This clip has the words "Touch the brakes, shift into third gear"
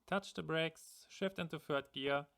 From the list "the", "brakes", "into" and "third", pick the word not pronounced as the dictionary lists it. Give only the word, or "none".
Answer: third